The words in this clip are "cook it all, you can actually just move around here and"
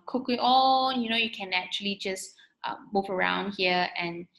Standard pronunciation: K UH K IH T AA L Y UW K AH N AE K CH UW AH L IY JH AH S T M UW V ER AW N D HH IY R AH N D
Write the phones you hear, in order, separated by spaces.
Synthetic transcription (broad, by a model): K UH K IH T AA N Y UW K AH N AE K CH UW AH L IY JH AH S T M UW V ER AW N D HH IY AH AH N